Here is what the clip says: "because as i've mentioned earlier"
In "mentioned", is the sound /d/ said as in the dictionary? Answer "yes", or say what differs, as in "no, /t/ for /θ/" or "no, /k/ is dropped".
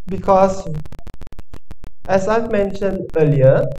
yes